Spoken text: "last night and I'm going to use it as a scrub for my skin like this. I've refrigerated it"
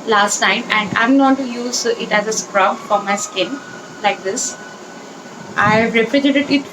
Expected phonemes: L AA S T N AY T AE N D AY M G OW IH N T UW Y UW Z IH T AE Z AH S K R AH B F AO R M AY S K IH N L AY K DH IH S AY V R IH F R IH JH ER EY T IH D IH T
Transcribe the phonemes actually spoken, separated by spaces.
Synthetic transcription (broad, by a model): L AA S T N AY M AE N D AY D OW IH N T UW Y UW Z IH T AE Z AH S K R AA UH F AO R M AY S K IH N L AY K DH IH S AY V R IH P R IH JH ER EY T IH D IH T